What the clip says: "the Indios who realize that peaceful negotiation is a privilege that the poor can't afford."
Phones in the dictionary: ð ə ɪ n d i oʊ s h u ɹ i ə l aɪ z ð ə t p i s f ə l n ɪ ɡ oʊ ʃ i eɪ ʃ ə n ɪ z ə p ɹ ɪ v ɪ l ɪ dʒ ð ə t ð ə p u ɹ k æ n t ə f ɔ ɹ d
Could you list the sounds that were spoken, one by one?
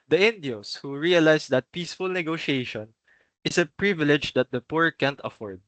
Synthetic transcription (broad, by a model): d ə ɪ n d i oʊ s h u ɹ i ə l aɪ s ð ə t p i s f ə l n ɪ ɡ oʊ ʃ i eɪ ʃ ə n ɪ s ə p ɹ ɪ v ɪ l ɪ dʒ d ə t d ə p u ɹ k æ n t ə f ɔ ɹ d